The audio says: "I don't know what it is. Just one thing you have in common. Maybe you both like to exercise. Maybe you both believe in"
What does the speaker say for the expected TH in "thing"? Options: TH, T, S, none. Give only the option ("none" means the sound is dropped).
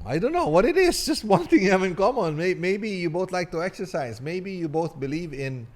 T